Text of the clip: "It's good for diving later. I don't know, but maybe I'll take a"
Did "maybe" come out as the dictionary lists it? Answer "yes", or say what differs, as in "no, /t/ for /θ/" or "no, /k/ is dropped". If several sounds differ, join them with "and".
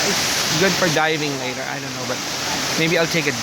yes